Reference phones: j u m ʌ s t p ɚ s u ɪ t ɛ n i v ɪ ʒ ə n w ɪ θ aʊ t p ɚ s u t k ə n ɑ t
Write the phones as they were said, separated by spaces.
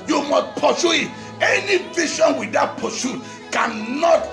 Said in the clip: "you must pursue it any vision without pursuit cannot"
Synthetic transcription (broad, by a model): j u m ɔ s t p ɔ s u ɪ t ɛ n i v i ʃ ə n w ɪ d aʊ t p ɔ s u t k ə n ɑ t